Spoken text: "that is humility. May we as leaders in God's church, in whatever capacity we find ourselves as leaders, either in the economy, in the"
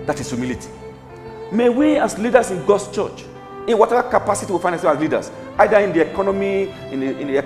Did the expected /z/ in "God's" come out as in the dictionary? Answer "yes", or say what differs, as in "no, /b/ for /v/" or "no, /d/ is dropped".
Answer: no, /s/ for /z/